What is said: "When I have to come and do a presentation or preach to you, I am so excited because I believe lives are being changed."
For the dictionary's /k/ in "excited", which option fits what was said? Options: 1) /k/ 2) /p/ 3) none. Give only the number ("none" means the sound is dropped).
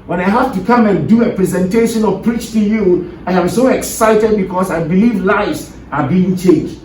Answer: 1